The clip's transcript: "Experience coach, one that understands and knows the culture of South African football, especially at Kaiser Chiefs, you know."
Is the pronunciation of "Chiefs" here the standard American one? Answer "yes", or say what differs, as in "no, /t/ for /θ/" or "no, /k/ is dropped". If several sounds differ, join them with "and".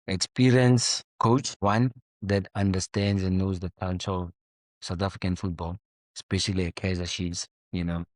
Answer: no, /ʃ/ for /tʃ/ and /f/ is dropped